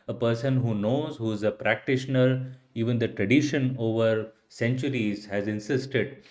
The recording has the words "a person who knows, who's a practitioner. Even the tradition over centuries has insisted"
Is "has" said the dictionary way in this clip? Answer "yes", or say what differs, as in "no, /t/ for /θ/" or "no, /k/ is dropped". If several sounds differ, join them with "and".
yes